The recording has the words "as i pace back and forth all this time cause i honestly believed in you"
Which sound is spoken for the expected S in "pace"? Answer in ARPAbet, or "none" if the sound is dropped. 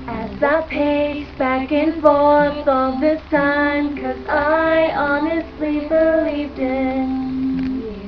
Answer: none